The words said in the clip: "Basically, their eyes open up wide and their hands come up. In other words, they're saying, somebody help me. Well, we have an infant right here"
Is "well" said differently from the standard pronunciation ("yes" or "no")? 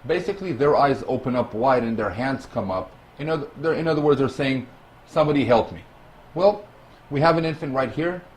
no